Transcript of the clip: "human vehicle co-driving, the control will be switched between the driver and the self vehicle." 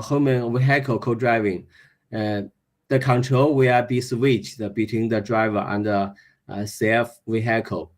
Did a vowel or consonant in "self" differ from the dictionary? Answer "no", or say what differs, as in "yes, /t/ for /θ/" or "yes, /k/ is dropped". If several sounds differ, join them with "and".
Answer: yes, /l/ is dropped